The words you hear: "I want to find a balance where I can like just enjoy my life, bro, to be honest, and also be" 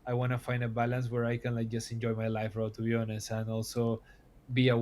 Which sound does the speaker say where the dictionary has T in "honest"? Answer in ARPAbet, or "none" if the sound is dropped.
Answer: none